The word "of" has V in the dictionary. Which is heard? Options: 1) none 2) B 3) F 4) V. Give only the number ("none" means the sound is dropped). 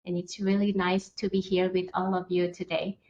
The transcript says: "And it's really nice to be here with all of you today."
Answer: 4